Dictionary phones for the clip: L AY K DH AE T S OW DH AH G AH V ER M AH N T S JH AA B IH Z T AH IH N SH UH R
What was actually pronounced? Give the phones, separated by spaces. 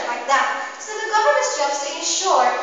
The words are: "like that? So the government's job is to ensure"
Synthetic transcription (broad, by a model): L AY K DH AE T S OW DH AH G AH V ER AH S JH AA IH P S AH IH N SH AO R